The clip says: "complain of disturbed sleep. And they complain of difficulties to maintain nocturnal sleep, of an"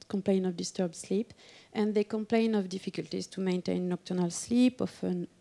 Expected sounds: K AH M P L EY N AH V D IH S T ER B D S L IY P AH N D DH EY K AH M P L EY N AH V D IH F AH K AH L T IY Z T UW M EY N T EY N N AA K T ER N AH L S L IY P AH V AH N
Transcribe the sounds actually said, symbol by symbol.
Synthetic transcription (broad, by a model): K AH M P L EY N AH V D IH S T ER B D S L IY P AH N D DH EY K AH M P L EY N AH V D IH F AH K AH L T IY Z T UW M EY N T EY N N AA K T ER N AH L S L IY P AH F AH N